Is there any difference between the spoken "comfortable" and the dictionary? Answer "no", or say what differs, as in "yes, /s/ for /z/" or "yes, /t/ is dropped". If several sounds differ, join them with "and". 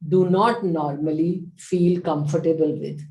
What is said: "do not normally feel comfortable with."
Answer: no